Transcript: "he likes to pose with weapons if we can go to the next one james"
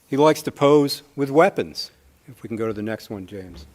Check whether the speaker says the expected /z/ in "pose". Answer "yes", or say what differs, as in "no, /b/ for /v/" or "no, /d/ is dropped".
yes